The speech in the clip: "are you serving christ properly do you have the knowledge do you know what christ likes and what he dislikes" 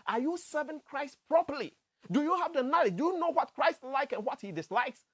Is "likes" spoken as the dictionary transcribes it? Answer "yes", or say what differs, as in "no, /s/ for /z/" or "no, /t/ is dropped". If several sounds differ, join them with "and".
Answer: no, /s/ is dropped